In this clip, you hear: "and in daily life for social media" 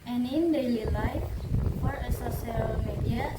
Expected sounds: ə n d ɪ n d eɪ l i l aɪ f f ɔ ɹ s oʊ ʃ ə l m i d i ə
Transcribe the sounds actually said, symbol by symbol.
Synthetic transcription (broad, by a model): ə n ɪ n d eɪ l i l aɪ f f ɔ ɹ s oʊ s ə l m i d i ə